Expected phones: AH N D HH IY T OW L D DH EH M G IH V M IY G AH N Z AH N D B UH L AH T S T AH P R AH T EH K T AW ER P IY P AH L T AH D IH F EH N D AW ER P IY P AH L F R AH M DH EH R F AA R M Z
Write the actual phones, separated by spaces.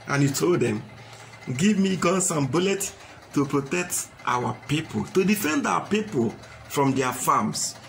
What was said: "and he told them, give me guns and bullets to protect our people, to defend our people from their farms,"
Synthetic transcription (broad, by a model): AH N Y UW T OW L D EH M G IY V M IY G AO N S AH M B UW L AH T T AH P R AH T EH K T AW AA P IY P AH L T AH D IH F EH N D AW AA P IY P AH L F R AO M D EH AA F AA M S